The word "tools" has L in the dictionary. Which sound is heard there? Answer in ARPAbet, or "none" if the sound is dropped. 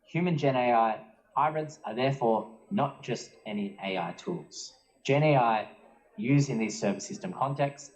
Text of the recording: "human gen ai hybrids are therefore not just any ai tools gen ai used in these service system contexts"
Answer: L